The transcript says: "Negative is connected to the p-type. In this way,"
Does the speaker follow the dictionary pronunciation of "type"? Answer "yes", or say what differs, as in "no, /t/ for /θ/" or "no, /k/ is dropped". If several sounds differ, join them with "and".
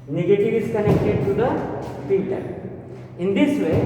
no, /p/ is dropped